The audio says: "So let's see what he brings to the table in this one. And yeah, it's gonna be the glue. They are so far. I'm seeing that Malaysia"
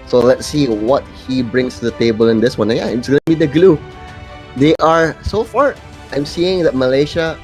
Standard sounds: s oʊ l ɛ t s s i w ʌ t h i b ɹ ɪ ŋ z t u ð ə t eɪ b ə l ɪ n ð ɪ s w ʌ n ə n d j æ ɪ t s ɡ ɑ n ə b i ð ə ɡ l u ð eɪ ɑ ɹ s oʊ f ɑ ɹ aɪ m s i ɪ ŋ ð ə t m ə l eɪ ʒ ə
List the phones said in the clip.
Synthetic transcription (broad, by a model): s oʊ l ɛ t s s i w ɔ t h i b ɹ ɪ ŋ s t u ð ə t eɪ b ə l ɪ n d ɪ s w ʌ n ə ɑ ɪ t s ɡ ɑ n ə b i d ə ɡ l u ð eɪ ɑ ɹ s oʊ f ɑ ɹ aɪ m s i ɪ ŋ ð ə t m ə l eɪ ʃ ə